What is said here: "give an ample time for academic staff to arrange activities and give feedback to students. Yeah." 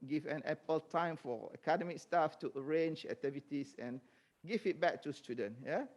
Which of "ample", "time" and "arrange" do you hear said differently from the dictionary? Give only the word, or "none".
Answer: ample